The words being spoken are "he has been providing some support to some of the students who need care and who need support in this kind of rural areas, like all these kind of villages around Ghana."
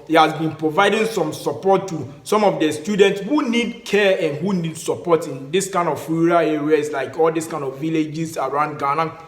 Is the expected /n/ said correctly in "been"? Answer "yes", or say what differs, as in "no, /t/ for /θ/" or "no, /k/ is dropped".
yes